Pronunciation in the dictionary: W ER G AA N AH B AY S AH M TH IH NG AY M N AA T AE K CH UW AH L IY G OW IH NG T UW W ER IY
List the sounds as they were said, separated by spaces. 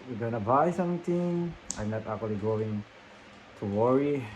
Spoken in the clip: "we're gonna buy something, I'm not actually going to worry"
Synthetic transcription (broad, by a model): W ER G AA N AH B AY S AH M T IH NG AY M N AA T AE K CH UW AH L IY G OW IH NG T UW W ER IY